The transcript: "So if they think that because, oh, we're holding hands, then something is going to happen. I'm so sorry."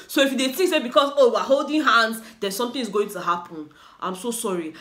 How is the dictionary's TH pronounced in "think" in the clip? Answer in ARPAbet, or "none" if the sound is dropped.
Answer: T